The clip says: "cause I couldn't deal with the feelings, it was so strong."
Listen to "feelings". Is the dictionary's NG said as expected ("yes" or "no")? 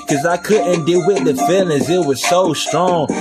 no